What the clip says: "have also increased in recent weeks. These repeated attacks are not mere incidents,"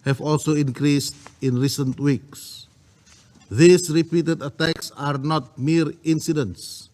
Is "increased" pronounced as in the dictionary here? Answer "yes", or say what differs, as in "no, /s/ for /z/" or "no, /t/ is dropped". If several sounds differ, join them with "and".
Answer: yes